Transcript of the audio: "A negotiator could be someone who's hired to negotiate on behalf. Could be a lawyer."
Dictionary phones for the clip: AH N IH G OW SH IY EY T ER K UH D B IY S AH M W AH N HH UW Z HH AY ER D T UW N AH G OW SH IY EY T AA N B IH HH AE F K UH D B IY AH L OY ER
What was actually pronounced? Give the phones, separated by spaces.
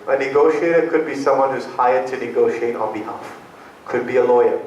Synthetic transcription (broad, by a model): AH N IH G OW SH IY EY T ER K UH D B IY S AH M W AH N HH UW Z HH AY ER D T UW N AH G OW SH IY EY T AA N B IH HH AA F K UH D B IY AH L OY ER